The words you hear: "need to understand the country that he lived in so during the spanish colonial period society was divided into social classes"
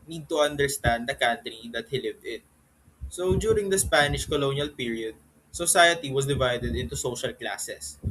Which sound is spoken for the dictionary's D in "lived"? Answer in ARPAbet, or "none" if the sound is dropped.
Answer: D